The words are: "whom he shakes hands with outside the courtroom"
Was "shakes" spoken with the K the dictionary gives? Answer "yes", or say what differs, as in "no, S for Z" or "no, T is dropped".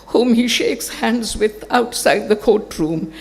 yes